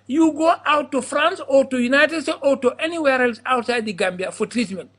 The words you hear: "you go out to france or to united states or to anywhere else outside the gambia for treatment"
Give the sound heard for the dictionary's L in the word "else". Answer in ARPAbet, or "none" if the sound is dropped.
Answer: L